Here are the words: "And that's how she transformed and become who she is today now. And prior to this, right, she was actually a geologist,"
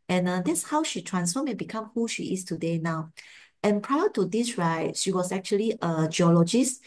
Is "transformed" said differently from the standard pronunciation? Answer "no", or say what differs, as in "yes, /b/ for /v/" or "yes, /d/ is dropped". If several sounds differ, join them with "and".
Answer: yes, /d/ is dropped